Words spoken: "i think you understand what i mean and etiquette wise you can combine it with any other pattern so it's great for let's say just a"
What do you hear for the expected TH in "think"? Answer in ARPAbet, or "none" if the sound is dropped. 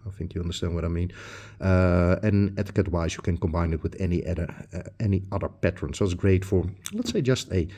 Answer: TH